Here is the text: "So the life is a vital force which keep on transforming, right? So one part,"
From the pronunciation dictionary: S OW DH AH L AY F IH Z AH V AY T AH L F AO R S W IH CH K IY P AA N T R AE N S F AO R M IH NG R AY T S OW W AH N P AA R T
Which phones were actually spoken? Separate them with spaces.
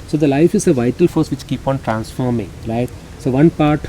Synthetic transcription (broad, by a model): S OW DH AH L AY F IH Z AH V AY T AH L F AO R S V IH CH K IY P AA N T R AE N S F AO R M IH NG R AY T S OW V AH N P AA R T